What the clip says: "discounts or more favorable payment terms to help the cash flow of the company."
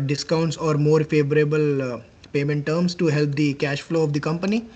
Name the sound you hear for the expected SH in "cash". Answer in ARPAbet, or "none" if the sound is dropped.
SH